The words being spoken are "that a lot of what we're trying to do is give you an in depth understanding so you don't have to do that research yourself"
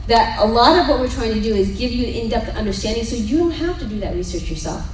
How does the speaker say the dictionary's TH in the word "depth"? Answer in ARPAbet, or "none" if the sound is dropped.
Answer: T